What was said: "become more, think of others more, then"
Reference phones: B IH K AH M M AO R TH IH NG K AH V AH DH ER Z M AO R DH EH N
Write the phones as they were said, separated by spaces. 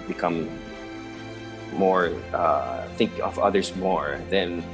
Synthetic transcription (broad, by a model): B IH K AH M M AO R TH IH NG K AH V AH DH ER Z M AO R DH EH N